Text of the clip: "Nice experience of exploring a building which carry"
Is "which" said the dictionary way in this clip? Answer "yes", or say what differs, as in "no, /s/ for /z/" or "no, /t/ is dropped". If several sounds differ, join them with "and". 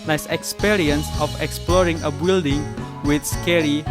no, /s/ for /tʃ/